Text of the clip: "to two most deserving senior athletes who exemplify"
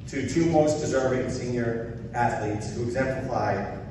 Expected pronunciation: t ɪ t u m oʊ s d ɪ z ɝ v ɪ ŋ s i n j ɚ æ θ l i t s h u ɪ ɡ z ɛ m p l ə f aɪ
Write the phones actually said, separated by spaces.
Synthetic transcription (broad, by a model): t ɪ t u m oʊ s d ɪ z ɝ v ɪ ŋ s i n j ɚ æ θ l i t s h u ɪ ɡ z ɛ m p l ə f aɪ